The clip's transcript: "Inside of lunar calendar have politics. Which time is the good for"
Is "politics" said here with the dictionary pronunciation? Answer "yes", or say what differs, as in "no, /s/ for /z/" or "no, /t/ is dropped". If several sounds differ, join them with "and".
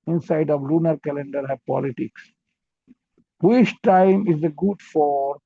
yes